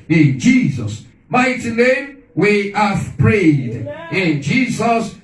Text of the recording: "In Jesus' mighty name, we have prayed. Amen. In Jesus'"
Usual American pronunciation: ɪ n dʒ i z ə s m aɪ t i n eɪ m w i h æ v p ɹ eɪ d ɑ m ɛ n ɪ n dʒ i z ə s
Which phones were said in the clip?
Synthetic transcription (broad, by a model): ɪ n dʒ i z ə s m aɪ t i n eɪ m w i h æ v p ɹ eɪ d ɪ n dʒ i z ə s